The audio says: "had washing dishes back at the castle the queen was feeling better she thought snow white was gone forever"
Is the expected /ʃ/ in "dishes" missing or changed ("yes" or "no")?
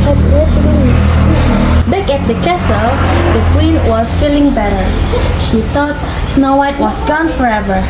yes